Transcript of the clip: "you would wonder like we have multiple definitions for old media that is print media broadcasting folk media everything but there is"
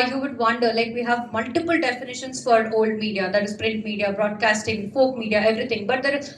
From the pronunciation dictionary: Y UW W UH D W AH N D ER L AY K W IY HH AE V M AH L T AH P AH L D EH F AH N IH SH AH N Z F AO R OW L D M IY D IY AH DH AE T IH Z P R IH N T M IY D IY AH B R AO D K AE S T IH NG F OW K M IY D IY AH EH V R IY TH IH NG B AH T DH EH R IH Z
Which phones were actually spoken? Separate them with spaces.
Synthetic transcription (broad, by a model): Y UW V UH D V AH N D ER L AY K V IY HH AE V M AH L T AH P AH L D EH F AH N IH SH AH N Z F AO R OW L D M IY D IY AH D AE T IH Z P R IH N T M IY D IY AH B R AO D K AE S T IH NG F OW K M IY D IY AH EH V R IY T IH NG B AH T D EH R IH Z